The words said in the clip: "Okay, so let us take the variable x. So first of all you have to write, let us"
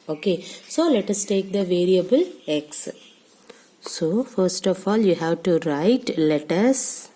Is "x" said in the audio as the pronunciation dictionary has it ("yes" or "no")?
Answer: yes